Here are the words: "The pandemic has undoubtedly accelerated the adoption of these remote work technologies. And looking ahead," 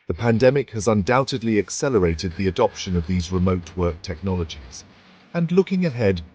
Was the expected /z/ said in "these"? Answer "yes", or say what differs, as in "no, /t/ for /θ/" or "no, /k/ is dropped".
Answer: yes